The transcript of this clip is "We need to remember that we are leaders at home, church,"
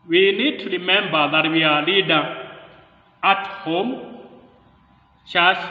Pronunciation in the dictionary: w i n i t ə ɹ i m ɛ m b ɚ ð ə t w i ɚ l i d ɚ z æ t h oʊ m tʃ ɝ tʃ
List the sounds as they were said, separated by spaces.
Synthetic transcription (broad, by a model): w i n i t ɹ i m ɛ m b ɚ ð ə t w i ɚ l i d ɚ ɑ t h oʊ m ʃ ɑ